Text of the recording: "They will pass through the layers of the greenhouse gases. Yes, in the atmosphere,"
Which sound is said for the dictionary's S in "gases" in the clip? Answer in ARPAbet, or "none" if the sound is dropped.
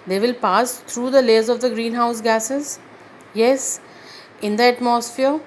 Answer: S